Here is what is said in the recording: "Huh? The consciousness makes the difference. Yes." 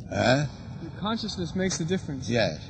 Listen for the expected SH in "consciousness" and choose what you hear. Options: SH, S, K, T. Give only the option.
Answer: SH